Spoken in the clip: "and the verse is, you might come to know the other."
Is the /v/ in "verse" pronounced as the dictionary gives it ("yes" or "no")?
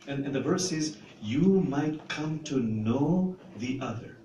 yes